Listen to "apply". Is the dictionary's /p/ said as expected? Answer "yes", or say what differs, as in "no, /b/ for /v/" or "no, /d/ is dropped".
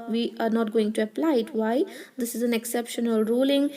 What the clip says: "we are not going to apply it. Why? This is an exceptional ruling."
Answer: yes